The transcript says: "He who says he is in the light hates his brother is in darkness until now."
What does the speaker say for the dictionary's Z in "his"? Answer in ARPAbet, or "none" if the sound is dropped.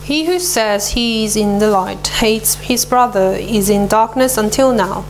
Z